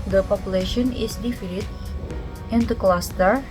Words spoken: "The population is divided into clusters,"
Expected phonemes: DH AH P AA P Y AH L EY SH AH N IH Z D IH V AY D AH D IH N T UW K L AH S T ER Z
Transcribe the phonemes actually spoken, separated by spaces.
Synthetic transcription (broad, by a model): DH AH P AA P Y AH L EY SH AH N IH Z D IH F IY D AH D IH N T UW K L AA S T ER